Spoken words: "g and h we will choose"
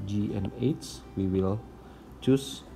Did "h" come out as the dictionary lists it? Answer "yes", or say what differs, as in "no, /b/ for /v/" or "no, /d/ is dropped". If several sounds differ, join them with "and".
no, /s/ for /tʃ/